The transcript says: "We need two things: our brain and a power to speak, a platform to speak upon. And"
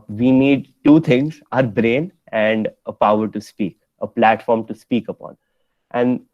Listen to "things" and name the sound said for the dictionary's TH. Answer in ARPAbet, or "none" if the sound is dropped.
T